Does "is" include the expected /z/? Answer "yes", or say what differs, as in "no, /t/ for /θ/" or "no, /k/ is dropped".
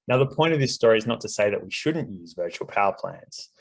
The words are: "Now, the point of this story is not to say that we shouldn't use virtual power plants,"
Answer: yes